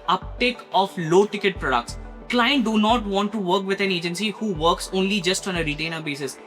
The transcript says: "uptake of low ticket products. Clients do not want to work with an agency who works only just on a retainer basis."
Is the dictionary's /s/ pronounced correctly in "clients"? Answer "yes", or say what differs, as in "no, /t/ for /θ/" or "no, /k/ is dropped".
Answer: no, /s/ is dropped